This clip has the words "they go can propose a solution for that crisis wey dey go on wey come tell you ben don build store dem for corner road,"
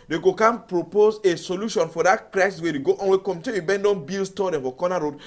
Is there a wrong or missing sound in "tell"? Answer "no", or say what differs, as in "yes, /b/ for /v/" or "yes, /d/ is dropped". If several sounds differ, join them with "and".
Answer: yes, /n/ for /l/